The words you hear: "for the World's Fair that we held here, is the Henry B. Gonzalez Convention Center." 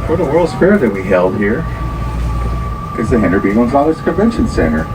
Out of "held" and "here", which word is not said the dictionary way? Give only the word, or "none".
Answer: none